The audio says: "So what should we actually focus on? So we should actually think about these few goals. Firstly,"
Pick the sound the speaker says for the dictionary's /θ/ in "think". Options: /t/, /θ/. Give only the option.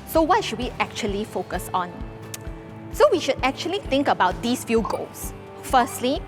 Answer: /t/